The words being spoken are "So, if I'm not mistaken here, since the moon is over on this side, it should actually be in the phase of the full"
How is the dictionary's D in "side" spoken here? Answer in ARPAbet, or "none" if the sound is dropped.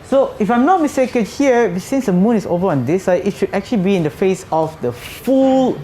none